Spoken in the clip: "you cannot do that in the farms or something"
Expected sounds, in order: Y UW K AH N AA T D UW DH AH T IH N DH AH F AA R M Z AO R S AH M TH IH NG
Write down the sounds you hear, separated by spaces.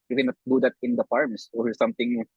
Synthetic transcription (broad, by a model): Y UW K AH N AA T D UW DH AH T IH N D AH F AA R M S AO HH S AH M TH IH NG